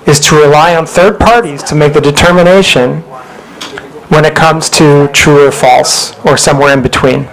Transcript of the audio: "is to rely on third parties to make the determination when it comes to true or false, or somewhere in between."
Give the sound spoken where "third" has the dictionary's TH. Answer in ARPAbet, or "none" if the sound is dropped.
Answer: TH